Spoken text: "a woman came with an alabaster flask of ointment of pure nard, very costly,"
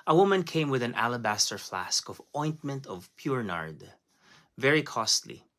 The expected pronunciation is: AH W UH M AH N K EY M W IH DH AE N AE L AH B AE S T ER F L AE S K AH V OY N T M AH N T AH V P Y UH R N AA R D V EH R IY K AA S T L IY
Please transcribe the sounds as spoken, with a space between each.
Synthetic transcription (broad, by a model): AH W UH M AH N K EY M W IH DH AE N AE L AH B AE S T ER F L AE S K AH V OY N T M AH N T AH V P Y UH R N AA R D V EH R IY K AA S T L IY